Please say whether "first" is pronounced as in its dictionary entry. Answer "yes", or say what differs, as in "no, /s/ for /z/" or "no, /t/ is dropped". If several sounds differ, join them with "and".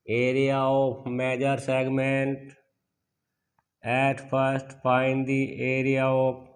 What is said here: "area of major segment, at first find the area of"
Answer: no, /p/ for /f/